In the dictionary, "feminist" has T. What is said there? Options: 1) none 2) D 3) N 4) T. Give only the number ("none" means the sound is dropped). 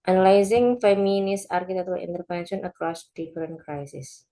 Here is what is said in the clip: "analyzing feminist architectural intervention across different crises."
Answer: 1